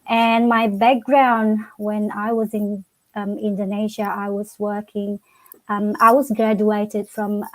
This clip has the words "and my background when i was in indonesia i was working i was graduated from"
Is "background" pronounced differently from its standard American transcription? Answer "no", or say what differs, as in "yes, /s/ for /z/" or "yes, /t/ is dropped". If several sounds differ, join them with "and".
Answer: no